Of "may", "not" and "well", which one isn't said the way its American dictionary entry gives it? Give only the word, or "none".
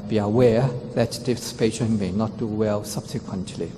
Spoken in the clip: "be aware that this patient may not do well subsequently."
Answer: none